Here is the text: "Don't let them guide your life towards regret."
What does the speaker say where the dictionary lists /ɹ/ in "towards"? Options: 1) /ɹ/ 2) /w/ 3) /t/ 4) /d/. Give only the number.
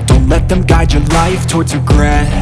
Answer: 1